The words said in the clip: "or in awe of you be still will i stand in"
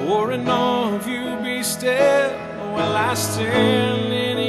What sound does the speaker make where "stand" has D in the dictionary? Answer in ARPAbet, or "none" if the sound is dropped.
none